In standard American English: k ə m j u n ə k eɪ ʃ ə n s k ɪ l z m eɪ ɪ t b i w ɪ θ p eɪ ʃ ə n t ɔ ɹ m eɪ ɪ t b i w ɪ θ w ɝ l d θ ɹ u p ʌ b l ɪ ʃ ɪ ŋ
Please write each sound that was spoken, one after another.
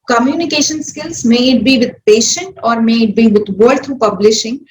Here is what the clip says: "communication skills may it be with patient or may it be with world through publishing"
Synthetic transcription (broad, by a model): k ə m j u n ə k eɪ ʃ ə n s k ɪ l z m eɪ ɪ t b i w ɪ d p eɪ ʃ ə n t ɔ ɹ m eɪ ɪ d b i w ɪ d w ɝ d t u p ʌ b l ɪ ʃ ɪ ŋ